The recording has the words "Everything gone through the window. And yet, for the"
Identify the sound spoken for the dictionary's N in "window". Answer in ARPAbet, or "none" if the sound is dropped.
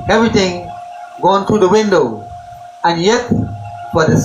N